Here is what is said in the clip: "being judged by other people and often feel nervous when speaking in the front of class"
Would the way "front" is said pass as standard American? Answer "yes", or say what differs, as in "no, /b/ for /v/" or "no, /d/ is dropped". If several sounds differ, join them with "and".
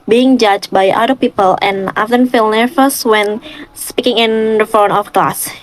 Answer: no, /ɹ/ is dropped and /t/ is dropped